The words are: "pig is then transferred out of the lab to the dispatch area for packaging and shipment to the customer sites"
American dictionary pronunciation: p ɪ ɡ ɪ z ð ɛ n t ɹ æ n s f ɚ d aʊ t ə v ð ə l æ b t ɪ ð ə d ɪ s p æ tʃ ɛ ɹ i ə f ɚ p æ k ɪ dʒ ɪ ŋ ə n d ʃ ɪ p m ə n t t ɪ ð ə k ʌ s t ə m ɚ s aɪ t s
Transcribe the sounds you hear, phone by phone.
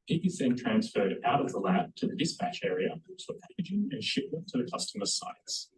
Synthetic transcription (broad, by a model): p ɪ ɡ ɪ z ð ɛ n t ɹ æ n s f ɚ d aʊ t ə v ð ə l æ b t ɪ ð ə d ɪ s p æ tʃ ɛ ɹ i ə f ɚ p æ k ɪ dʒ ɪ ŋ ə n ʃ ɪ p ə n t t ɪ ð ə k ʌ s t ə m ɚ s aɪ t s